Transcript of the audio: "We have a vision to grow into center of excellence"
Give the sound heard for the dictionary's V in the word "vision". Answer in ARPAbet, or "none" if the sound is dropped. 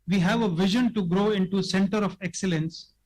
V